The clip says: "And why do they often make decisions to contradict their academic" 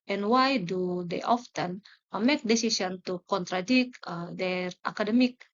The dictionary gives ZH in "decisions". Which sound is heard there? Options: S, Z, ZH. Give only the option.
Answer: S